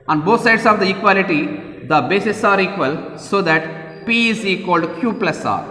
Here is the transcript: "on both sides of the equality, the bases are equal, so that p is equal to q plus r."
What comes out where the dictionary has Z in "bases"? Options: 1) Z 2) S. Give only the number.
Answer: 2